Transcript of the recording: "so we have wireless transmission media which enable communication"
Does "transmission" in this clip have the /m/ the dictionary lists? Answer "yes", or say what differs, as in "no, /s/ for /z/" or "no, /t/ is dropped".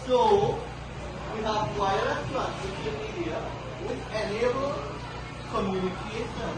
no, /m/ is dropped